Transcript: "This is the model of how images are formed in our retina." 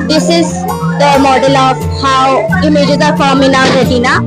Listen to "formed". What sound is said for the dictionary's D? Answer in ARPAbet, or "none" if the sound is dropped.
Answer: none